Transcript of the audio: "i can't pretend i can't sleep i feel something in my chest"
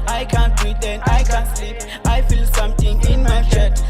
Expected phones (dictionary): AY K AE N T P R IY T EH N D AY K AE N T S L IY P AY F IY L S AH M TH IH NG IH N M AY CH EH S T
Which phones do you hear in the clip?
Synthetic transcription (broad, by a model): AY K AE N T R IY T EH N AY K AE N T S IY AY F IY L S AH M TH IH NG IH N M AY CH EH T